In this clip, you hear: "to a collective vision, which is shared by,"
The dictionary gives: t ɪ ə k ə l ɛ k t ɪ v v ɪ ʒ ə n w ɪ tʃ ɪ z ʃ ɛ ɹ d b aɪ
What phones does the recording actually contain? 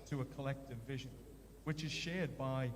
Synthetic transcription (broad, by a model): t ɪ ə k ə l ɛ k t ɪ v v ɪ ʒ ə n w ɪ tʃ ɪ z ʃ ɛ ɹ d b aɪ